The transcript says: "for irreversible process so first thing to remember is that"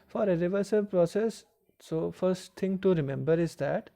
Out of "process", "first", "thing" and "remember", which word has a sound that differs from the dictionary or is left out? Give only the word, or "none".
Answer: thing